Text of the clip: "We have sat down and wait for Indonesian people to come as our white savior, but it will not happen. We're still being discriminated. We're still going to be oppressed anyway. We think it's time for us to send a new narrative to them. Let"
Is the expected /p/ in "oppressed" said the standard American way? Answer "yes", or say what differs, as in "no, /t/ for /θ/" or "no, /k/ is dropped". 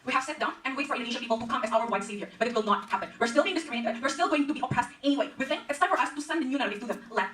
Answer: yes